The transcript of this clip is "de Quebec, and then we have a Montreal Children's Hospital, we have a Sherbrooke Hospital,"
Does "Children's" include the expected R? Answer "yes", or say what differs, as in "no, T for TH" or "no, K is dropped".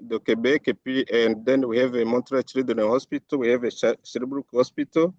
no, R is dropped